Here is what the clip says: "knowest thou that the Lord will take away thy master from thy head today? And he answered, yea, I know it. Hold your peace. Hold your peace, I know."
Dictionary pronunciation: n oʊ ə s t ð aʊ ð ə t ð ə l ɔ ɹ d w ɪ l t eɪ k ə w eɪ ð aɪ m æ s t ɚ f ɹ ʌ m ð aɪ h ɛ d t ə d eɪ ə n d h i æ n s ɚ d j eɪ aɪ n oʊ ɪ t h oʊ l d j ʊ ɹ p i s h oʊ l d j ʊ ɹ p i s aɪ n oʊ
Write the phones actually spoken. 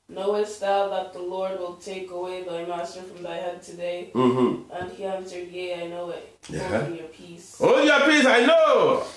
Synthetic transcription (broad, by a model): n oʊ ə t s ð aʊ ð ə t ð ə l ɔ ɹ d w ɪ l t eɪ k ə w eɪ ð aɪ m æ s t ɚ f ɹ ʌ m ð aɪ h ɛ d t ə d eɪ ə n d h i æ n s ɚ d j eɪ aɪ n oʊ ɪ t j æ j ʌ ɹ p i s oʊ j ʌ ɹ p i s aɪ n oʊ